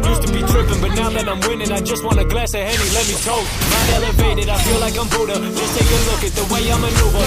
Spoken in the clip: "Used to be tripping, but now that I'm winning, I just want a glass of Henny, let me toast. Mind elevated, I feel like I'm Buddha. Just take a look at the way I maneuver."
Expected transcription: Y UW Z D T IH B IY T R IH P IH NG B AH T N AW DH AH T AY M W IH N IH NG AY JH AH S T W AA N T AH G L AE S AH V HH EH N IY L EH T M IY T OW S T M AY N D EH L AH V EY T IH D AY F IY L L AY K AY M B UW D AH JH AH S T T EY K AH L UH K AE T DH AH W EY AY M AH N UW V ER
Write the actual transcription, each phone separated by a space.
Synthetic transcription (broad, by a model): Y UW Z T IH B IY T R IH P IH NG B AH T N AW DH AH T AY M W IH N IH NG AY JH AH S T W AA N AH G L AE S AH HH EH N IY L EH T M IY T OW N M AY D EH L AH V EY T IH D AY F IY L L AY K AY M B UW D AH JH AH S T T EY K AH L UH K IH T DH AH W EY AY M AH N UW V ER